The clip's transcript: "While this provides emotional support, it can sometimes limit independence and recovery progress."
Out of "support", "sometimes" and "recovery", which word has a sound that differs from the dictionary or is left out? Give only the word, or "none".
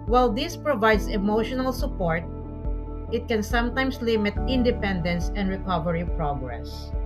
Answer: sometimes